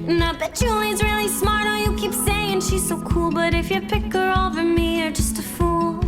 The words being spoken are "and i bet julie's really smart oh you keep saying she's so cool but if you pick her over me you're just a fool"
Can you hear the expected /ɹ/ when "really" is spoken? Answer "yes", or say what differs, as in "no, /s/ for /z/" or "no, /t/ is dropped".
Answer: yes